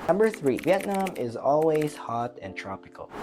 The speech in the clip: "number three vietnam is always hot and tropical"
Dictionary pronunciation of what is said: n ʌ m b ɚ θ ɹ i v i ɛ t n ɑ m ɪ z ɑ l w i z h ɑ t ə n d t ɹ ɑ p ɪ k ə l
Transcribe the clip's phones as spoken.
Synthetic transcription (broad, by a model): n ʌ m b ɚ θ ɹ i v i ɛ t n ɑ m ɪ z ɑ l w i z h ɑ t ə n t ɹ ɑ p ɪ k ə l